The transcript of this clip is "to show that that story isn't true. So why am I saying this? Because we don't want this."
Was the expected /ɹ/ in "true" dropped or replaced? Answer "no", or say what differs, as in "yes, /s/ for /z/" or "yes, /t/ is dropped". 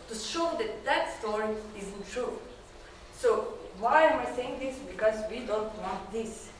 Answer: no